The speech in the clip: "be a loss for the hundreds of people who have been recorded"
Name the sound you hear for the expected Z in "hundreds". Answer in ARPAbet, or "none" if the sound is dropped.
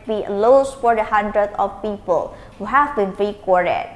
none